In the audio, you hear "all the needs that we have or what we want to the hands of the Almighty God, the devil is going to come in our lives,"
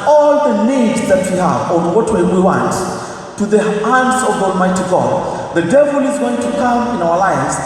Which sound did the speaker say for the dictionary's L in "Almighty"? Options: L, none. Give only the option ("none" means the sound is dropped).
L